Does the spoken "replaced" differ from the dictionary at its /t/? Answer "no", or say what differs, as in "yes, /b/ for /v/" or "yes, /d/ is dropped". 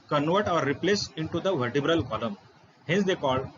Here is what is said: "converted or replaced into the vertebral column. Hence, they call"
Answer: yes, /t/ is dropped